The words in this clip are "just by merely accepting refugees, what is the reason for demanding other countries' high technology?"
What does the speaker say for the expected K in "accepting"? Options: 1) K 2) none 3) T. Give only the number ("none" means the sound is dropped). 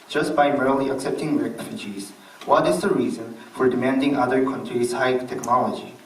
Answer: 1